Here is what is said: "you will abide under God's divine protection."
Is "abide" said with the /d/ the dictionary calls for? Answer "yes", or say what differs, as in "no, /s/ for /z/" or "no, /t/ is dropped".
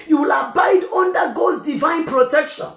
yes